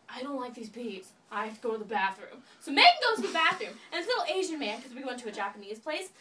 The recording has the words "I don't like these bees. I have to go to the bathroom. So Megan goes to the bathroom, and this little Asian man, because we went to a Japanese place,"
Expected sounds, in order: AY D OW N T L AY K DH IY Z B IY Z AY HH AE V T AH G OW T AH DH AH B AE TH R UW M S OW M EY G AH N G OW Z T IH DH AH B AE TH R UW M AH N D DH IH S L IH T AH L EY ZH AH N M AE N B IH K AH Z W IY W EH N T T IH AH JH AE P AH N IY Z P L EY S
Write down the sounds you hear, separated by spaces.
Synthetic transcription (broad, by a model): AY D OW N T L AY K DH IY Z B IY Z AY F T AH G OW T AH DH AH B AE TH R UW M S OW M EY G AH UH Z T IH DH AH B AE TH R UW M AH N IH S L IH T L EY ZH AH N M AE N K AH Z W IY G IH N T T IH AH JH AE P AH N IY Z P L EY S